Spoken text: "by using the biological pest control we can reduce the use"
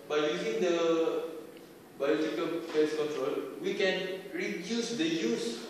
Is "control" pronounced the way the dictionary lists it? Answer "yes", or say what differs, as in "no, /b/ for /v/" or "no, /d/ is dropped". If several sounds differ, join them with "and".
yes